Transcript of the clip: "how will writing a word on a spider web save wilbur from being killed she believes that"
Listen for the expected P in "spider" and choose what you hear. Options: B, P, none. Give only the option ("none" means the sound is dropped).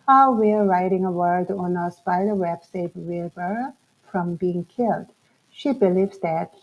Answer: B